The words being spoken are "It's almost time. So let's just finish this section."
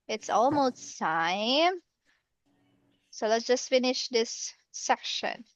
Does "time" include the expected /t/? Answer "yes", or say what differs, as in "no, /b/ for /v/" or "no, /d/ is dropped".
no, /s/ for /t/